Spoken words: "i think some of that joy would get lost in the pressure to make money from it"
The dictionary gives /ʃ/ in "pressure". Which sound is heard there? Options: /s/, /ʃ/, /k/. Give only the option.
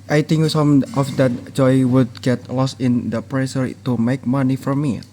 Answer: /s/